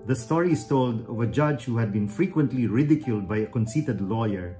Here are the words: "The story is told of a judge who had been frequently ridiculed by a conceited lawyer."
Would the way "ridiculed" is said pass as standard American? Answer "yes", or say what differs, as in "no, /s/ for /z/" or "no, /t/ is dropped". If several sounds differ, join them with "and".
yes